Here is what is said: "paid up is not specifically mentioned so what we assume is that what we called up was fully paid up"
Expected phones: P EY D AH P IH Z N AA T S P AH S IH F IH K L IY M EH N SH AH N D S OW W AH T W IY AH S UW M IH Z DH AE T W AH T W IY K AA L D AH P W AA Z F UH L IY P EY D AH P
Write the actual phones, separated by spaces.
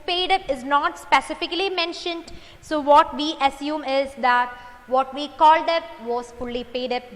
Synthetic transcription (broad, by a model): P EY D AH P IH Z N AA T S P AH S IH F IH K L IY M EH N SH AH N D S OW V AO T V IY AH S UW M IH Z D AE T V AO T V IY K AA L D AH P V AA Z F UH L IY P EY D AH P